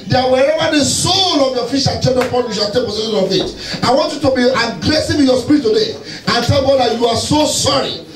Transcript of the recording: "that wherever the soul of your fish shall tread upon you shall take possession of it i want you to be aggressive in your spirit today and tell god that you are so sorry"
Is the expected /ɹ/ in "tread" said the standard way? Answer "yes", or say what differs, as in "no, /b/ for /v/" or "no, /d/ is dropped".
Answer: no, /ɹ/ is dropped